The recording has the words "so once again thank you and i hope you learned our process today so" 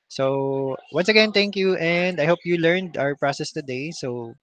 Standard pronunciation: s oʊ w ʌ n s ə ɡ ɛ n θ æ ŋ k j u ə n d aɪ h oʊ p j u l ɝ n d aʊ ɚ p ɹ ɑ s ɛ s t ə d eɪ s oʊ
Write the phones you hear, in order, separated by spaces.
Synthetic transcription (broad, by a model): s oʊ w ʌ n s ə ɡ ɛ n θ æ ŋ k j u ə n d aɪ h oʊ p j u l ɝ n d aʊ ɚ p ɹ ɑ s ɛ s t ə d eɪ s oʊ